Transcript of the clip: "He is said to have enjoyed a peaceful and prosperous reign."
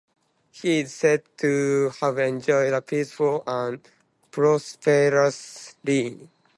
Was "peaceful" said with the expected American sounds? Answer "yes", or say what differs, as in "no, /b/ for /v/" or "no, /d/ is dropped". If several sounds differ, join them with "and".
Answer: yes